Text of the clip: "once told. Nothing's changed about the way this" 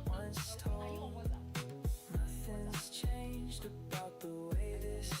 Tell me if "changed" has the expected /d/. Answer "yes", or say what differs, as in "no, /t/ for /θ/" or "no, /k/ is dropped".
yes